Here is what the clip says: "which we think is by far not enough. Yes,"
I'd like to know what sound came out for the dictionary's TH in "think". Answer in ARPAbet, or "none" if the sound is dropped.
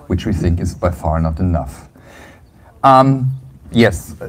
TH